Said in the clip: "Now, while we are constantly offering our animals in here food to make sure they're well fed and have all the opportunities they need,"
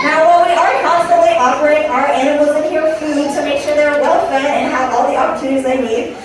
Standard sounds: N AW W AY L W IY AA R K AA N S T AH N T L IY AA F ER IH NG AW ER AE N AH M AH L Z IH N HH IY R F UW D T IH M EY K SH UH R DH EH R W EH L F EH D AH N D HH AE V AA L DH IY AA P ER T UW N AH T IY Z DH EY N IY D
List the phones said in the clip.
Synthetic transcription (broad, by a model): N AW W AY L W IY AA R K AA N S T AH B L IY AA P ER IH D AW ER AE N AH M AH L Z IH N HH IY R F UW D T IH M EY K SH UH R DH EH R W EH L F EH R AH N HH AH V AA L DH IY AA P ER T UW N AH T IY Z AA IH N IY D